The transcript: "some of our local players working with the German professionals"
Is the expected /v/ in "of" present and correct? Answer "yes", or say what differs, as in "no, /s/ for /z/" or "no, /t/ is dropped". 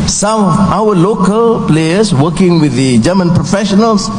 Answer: no, /w/ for /v/